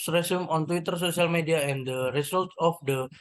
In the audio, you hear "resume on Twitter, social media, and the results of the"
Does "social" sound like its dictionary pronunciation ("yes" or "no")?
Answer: no